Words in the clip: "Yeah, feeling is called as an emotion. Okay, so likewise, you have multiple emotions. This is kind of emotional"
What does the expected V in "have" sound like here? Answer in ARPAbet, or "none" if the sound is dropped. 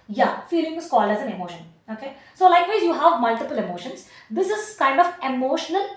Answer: V